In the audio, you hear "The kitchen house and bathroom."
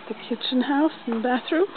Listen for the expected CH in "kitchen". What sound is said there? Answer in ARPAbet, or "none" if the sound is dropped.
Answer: CH